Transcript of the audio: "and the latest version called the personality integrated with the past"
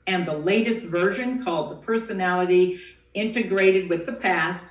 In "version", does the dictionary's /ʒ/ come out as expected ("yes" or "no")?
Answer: yes